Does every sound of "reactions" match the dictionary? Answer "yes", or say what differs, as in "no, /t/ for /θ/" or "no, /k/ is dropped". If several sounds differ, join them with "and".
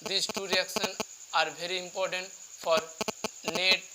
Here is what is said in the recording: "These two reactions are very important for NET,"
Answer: no, /z/ is dropped